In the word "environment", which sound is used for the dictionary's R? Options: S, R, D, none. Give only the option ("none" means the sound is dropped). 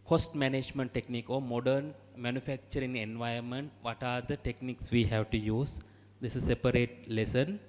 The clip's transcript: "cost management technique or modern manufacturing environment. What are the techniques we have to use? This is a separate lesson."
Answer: none